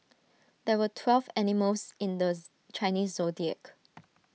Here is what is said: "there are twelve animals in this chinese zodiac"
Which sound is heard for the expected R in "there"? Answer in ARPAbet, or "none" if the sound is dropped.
W